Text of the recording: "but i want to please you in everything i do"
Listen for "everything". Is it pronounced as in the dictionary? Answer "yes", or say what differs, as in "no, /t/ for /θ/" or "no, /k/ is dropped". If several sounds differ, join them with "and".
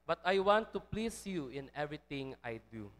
no, /t/ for /θ/